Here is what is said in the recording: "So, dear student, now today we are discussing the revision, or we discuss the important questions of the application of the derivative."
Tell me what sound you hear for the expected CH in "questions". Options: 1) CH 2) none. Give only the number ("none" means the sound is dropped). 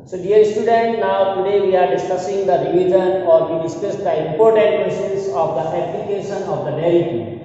2